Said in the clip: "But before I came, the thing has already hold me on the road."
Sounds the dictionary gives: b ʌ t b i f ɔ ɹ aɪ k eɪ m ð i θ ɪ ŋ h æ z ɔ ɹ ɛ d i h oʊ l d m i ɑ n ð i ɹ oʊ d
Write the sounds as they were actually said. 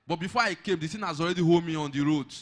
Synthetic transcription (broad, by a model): b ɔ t b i f ɔ aɪ k eɪ m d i s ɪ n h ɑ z ɔ ɹ ɛ d i h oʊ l m i ɑ n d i ɹ oʊ d